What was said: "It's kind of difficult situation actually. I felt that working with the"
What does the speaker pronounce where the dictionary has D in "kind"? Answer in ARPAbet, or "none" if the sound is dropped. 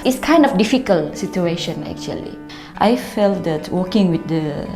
D